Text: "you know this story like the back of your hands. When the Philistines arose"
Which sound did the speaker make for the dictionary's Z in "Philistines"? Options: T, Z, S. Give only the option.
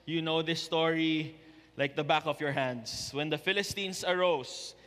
S